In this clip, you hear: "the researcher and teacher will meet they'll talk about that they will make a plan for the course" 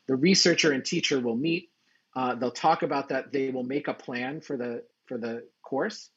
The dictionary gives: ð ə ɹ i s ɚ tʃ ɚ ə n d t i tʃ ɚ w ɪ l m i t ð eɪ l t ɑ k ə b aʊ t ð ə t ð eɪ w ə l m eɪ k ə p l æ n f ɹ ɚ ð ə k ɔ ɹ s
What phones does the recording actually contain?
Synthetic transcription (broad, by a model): ð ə ɹ i s ɚ tʃ ɚ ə n t i tʃ ɚ w ɪ l m i t ð eɪ l t ɑ k ə b aʊ t ð ə t ð eɪ w ə l m eɪ k ə p l æ n f ɹ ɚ ð ə k ɔ ɹ s